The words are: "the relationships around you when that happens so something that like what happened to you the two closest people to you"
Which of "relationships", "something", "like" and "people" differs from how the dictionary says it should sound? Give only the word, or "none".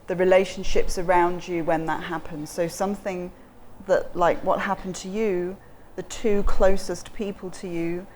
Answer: none